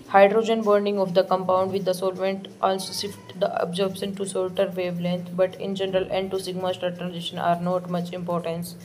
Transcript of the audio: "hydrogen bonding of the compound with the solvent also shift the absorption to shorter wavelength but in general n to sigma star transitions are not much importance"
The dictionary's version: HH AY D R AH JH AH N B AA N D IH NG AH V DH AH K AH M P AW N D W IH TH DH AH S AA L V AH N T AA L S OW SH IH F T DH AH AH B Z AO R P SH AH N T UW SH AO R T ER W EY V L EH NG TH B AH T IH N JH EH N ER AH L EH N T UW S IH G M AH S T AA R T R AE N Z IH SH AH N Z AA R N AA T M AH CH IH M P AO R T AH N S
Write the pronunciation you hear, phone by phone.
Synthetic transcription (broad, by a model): HH AY D R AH JH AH N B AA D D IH NG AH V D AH K AH M P AW N D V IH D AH S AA L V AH N T AA L S OW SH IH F T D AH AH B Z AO R B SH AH N T UW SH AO L T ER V EY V L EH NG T B AH T IH N JH EH N ER AH L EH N T UW S IH G M AH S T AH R T R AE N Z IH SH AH N AA R N AA T M AH CH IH M P AO R T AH N S